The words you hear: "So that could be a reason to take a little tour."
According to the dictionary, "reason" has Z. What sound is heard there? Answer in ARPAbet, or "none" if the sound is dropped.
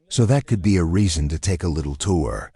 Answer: Z